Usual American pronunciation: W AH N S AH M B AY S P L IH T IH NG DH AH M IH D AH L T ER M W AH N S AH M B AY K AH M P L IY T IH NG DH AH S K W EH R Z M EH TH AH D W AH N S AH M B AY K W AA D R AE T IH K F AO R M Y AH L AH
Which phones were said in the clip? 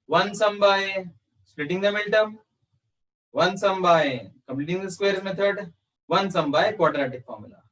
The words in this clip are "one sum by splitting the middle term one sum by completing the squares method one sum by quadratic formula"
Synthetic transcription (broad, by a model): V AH N S AH M B AY S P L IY T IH NG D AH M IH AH L T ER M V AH N S AH M B AY K AH M P L IY T IH NG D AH S K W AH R M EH T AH D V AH N S AH M B AY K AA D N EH T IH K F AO R M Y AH L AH